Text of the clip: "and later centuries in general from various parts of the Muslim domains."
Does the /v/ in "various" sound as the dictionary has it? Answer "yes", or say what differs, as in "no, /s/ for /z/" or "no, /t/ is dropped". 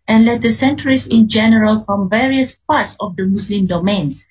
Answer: yes